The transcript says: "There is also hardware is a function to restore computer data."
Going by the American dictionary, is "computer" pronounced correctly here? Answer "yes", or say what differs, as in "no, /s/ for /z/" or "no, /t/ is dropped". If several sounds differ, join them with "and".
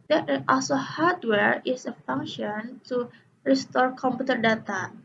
yes